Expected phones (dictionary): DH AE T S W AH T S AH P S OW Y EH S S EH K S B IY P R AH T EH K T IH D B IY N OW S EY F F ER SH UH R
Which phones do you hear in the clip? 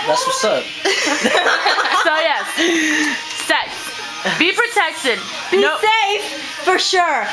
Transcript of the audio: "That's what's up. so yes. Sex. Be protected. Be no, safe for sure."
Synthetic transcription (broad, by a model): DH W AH S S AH S OW Y EH S S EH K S B IY P R AH T EH K T IH D B IY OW S EY F F ER SH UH R